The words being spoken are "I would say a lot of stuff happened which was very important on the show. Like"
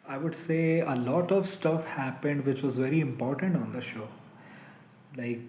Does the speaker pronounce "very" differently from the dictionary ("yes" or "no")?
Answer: no